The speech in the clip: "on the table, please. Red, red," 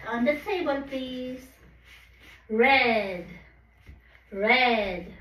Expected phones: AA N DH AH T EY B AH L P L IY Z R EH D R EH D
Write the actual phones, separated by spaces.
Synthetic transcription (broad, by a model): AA N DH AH T EY B AH L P IY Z R EH D R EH D